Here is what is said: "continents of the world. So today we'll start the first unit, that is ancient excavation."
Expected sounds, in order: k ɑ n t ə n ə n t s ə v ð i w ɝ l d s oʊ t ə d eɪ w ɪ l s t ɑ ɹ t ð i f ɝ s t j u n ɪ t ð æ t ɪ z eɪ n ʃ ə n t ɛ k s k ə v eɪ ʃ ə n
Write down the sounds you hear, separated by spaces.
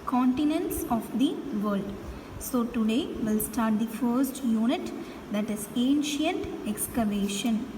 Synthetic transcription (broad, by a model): k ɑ n t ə n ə n t s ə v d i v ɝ l d s oʊ t ə d eɪ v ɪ l s t ɑ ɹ t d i f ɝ s t j u n ɪ t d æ t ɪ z eɪ n ʃ ə n t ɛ k s k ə v eɪ ʃ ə n